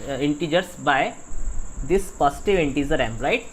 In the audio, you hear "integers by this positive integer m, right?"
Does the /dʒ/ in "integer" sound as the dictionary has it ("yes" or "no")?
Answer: no